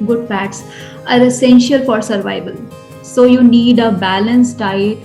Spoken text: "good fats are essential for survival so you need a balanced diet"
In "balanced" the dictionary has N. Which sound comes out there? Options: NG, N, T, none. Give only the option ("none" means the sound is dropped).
N